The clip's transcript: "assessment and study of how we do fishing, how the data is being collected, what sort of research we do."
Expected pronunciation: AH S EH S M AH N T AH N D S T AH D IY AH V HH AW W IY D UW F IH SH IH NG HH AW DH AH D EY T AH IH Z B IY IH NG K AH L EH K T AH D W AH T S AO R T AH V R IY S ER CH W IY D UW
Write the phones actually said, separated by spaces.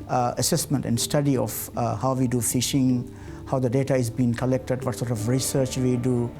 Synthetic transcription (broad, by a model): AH S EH S M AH N T AH N D S T AH D IY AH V HH AW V IY D UW F IH SH IH NG HH AW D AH D EY T AH IH Z B IY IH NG K AH L EH K T AH D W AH T S AO R T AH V R IY S ER CH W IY D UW